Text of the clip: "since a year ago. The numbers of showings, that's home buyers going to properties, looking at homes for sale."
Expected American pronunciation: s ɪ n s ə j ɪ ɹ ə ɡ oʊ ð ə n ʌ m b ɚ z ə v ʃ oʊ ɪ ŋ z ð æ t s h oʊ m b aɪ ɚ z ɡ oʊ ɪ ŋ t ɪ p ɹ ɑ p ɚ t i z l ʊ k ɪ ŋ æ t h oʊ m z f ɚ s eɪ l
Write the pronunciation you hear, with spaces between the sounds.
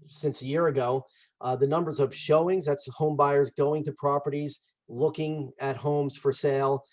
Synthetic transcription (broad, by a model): s ɪ n s ə j ɪ ɹ ə ɡ oʊ ð ə n ʌ m b ɚ z ə v ʃ oʊ ɪ ŋ z ð æ t s h oʊ m b aɪ ɚ z ɡ oʊ ɪ ŋ t ɪ p ɹ ɑ p ɚ t i z l ʊ k ɪ ŋ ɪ t h oʊ m z f ɚ s eɪ l